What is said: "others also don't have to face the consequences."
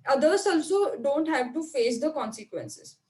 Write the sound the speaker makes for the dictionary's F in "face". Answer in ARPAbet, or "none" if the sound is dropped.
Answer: F